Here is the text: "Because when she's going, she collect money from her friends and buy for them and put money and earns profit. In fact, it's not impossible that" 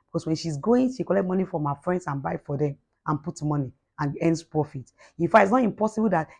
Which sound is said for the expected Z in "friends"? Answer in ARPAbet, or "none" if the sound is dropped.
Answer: S